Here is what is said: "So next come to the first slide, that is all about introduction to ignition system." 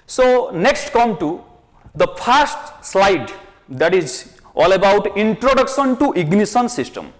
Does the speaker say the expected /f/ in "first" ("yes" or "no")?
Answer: no